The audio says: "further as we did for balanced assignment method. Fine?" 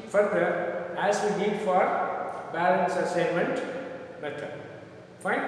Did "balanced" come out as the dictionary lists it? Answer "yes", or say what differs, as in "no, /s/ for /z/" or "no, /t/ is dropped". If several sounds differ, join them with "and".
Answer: no, /t/ is dropped